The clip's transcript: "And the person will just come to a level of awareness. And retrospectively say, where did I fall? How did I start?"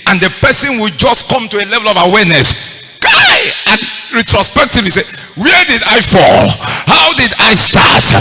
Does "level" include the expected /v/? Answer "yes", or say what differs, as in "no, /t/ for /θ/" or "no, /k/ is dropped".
yes